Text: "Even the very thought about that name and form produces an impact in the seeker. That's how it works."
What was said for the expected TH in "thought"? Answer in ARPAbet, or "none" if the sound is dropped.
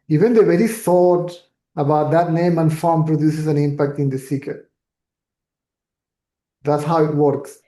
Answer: S